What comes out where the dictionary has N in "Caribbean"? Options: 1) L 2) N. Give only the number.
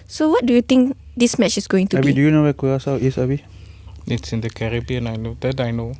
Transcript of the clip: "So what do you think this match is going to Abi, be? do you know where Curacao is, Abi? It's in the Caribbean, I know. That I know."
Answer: 2